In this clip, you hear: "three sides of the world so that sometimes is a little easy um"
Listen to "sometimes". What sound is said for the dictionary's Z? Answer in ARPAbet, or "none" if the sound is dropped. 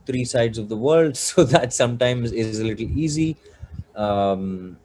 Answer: Z